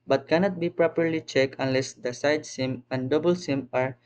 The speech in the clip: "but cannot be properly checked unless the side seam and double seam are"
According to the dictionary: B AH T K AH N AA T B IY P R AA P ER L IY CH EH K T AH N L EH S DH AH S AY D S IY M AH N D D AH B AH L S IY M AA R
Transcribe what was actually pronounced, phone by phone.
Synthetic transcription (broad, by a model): B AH T K AH N AA T B IY P R AA P ER L IY CH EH K AH N L EH S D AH S AY D S IY M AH N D D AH B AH L S IY M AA R